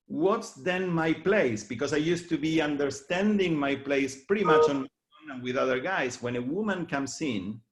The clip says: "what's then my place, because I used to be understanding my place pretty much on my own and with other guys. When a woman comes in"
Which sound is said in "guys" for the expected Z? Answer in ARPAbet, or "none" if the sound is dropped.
S